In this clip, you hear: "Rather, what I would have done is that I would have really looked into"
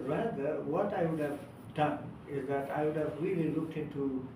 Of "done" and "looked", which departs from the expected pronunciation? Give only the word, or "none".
none